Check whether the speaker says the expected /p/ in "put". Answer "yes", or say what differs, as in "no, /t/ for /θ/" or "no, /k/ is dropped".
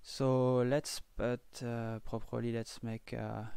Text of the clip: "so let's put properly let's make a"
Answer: no, /b/ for /p/